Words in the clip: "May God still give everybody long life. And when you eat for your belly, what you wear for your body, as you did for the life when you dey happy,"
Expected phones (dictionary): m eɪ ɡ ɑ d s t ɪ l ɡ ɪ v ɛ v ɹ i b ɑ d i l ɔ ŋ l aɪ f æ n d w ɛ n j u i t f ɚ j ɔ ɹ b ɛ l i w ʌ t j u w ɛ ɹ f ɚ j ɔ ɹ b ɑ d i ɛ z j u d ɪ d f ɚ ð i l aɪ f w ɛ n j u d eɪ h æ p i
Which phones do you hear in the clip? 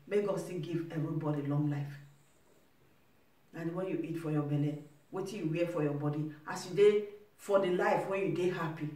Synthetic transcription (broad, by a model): m eɪ ɡ ɑ d s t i n ɡ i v ɛ v ɹ i b ɑ d i l ɔ ŋ l aɪ f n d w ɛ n j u i t f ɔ j ɔ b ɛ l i w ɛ t j u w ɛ f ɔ j ɔ b ɑ d i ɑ s j u d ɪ f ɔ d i l aɪ f w ɛ n j u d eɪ h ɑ p i